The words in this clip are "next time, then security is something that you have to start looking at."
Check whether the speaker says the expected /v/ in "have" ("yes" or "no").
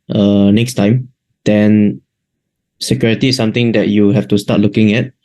no